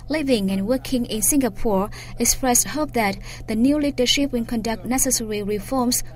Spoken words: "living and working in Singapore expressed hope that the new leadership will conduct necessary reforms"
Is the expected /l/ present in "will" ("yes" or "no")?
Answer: no